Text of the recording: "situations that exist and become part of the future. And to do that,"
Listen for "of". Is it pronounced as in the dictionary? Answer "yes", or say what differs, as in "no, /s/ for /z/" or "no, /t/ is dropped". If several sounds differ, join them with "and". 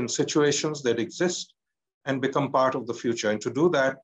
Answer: yes